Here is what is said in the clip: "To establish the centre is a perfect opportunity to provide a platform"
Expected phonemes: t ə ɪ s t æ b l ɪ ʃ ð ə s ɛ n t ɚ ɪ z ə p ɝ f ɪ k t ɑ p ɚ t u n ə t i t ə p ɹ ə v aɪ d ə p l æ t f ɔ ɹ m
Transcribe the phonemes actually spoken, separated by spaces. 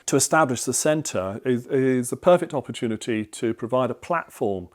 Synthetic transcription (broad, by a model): t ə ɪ s t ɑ b l ɪ ʃ ð ə s ɛ n t ɚ ɪ z ə p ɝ f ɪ k t ɑ p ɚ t u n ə t i t ə p ɹ ə v aɪ d ə p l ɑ t f ɔ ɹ m